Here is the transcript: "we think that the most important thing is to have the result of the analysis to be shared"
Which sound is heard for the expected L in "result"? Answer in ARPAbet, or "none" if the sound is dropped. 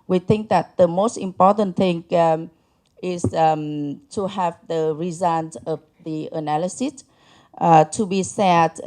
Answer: N